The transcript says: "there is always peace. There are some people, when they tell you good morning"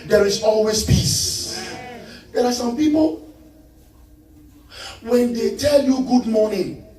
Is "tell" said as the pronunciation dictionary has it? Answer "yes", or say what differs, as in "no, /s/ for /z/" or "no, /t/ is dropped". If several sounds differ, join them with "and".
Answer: yes